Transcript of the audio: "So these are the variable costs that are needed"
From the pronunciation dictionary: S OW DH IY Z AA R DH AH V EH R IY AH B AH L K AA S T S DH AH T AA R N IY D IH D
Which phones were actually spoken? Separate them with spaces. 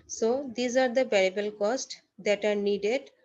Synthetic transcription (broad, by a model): S OW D IY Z AA R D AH B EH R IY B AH L K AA S T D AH T AA R N IY D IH D